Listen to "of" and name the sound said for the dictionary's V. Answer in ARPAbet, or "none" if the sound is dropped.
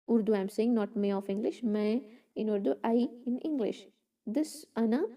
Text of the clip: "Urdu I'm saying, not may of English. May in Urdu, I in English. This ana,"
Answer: F